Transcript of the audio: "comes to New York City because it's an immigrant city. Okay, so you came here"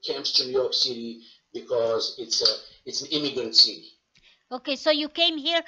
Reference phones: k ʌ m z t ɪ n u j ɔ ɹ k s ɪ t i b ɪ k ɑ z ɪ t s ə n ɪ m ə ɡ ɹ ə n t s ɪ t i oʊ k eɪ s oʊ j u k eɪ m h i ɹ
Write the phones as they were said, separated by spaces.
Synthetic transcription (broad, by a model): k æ m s t ɪ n j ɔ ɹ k s ɪ t i b ɪ k ɑ z ɪ t s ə n ɪ m ə ɡ ɹ ə n t s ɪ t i oʊ k eɪ s oʊ j u k eɪ m h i ɹ